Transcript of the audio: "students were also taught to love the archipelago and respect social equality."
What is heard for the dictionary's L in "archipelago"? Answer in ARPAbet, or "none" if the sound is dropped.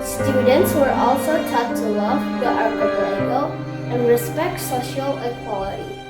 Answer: none